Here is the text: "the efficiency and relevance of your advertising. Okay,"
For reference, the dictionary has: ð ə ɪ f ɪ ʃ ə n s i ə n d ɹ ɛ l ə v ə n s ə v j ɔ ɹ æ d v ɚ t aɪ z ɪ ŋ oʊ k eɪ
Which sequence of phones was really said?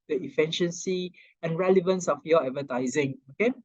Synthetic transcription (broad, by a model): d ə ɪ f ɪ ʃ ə n s i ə n ɹ ɛ l ə v ə n s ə f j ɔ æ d v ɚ t aɪ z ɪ ŋ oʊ k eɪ